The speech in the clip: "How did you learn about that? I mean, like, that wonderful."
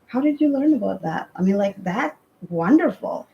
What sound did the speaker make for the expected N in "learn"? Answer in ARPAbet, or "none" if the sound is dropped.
N